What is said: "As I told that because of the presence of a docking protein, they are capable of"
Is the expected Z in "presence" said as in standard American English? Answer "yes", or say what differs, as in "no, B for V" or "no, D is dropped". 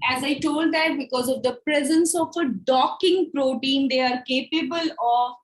yes